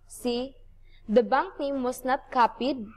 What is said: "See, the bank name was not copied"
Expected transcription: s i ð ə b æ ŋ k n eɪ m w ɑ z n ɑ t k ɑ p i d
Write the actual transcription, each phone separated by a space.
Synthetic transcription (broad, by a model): s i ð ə b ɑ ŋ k n eɪ m w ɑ s n ɑ t k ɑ p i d